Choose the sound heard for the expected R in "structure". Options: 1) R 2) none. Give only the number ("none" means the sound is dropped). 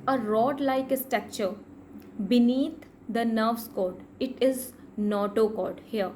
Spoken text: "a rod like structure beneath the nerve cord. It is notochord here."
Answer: 2